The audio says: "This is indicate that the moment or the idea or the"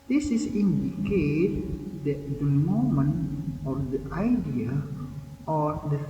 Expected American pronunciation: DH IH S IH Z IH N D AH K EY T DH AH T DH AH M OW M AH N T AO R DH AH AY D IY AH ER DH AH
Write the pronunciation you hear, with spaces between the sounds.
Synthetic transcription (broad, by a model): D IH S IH S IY N D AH K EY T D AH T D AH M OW M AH N AO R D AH AY D IY AH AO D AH